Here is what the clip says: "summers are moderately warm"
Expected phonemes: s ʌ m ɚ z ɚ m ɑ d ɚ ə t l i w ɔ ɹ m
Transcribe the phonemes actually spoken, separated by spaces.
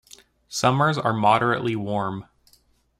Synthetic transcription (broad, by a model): s ʌ m ɚ z ɚ m ɑ d ɚ ə t l i w ɔ ɹ m